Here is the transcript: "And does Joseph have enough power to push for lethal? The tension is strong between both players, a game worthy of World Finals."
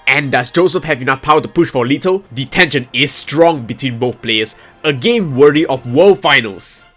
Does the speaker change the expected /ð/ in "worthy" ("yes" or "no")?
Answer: yes